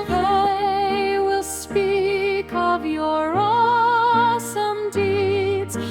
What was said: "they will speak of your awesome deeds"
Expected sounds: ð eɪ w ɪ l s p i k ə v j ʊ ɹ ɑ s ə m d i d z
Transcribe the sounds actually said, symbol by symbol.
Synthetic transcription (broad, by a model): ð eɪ w ɪ l s p i k ə v j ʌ ɹ ɑ s ə m d i d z